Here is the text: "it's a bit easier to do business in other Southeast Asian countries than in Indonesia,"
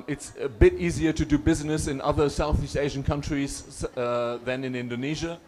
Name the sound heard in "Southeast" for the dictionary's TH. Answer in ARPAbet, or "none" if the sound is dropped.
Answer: TH